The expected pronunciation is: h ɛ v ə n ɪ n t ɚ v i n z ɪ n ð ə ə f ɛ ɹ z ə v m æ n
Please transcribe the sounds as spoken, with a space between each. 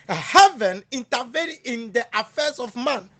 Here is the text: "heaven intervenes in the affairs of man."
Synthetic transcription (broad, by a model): h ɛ v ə n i n t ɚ v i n ɪ n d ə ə f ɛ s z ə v m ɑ n